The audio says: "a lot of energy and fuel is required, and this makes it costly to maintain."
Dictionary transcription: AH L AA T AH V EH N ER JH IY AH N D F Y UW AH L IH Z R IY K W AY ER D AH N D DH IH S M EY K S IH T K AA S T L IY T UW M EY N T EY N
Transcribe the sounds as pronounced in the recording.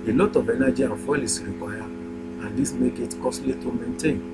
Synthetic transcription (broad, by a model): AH L AA T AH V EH N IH JH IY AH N F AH L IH S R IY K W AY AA AH N D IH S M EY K IH T K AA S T L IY T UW M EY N T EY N